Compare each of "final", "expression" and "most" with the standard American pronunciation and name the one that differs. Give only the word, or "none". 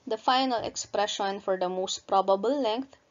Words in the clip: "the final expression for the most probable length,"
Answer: none